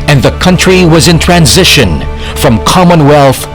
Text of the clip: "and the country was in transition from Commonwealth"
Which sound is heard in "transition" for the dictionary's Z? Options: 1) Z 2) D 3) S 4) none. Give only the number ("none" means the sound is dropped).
1